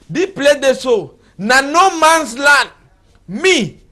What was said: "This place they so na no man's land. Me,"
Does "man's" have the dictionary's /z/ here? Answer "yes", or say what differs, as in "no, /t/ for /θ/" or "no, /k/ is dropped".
no, /s/ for /z/